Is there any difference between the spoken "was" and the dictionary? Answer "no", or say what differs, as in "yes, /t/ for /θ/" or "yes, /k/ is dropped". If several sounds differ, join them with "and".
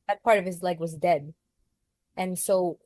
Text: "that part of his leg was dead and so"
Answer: no